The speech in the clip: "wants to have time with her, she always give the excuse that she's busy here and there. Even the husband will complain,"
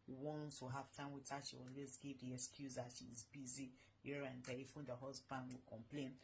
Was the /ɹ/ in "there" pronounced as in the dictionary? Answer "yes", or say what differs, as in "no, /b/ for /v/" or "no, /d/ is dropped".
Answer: no, /l/ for /ɹ/